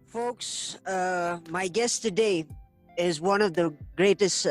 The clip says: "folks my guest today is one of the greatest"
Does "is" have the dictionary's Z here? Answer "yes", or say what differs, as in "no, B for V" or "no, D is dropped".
yes